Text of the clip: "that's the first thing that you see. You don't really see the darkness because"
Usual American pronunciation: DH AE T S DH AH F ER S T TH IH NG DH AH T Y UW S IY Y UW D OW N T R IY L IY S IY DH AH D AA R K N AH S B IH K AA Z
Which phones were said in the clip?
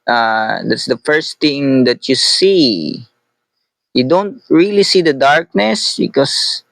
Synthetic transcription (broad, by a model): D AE T S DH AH F ER S T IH NG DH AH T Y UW S IY Y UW D OW N T R IY L IY S IY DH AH D AA R K N AH S B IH K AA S